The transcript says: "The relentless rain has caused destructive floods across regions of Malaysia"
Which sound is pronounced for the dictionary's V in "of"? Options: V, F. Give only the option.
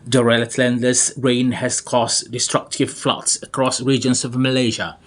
V